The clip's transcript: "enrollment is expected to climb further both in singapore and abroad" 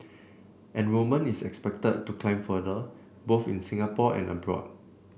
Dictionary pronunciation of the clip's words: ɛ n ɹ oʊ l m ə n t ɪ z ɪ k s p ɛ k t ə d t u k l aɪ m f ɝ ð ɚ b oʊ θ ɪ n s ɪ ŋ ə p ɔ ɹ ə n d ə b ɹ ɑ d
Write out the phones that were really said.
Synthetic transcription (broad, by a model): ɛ n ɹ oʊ m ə n ɪ s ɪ k s p ɛ k t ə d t u k l aɪ m f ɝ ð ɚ b oʊ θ ɪ n s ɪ ŋ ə p ɔ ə n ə b ɹ ɑ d